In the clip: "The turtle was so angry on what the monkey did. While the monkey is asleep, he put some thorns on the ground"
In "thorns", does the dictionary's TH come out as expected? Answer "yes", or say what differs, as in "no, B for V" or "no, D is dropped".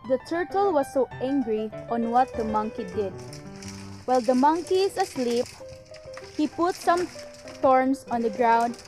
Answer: no, T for TH